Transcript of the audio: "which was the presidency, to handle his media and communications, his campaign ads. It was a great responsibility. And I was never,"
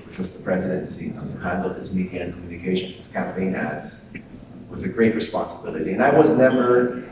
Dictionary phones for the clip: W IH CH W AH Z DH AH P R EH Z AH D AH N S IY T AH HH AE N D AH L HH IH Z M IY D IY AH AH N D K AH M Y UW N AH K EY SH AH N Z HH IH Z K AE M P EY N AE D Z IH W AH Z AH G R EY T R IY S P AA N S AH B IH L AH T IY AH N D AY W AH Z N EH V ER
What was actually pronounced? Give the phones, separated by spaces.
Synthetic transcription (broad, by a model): W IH CH W AH Z DH AH P R EH Z AH D AH N S IY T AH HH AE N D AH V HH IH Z M IY D IY AH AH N K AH M Y UW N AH K EY SH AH N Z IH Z K AE M P EY N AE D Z W AH Z AH G R EY T R IY S P AA N S AH B IH L AH T IY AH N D AY W AH Z N EH V ER